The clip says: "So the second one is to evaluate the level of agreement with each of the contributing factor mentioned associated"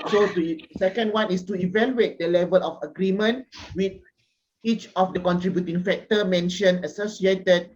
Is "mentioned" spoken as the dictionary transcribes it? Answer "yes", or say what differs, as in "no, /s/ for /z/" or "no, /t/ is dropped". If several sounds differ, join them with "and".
no, /d/ is dropped